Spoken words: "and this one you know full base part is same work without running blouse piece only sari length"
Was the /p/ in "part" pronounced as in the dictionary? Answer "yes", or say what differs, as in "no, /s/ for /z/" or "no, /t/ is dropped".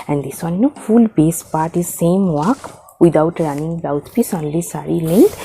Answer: yes